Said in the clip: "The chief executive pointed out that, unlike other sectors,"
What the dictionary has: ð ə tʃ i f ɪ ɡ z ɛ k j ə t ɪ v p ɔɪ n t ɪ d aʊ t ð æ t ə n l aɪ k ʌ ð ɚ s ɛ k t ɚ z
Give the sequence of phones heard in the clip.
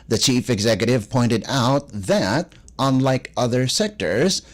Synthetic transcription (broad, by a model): ð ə tʃ i f ɪ ɡ z ɛ k j ə t ɪ v p ɔɪ n t ɪ d aʊ t ð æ t ə n l aɪ k ʌ ð ɚ s ɛ k t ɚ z